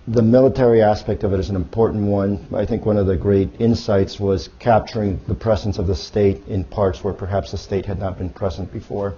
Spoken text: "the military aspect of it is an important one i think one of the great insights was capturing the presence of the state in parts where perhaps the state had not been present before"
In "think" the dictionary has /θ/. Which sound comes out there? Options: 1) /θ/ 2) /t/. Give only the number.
1